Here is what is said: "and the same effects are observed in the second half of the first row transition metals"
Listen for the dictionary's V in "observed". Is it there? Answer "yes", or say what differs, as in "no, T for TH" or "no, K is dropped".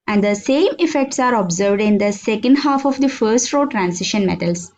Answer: yes